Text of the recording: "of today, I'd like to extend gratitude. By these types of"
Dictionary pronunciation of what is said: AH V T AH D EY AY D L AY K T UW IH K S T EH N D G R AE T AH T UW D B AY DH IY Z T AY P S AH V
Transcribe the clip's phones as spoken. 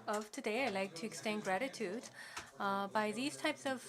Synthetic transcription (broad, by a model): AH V T AH D EY AY L AY K T UW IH K S T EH N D G R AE T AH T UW D B AY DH IY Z T AY P S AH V